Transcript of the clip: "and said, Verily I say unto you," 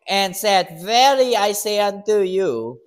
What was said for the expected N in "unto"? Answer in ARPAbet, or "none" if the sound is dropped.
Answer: N